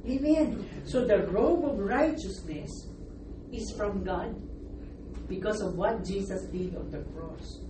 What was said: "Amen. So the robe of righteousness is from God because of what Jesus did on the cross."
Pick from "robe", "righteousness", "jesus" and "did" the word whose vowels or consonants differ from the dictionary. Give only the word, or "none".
jesus